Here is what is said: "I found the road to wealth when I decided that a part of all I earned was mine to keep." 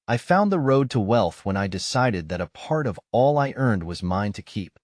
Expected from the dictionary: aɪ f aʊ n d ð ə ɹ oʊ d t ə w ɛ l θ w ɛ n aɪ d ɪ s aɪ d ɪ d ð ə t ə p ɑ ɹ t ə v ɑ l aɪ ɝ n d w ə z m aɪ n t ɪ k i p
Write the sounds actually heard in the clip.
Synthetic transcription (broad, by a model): aɪ f aʊ n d ð ə ɹ oʊ d t ə w ɛ l θ w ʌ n aɪ d ɪ s aɪ d ɪ d ð ə t ə p ɑ ɹ t ə v ɑ l aɪ ɝ n d w ə z m aɪ n t ɪ k i p